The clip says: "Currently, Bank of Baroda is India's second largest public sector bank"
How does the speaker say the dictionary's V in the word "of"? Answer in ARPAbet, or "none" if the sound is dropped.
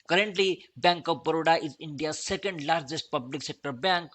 P